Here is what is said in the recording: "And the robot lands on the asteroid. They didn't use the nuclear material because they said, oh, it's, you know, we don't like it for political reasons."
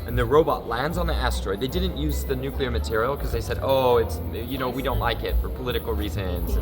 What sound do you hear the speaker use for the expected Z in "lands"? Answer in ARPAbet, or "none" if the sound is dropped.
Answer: Z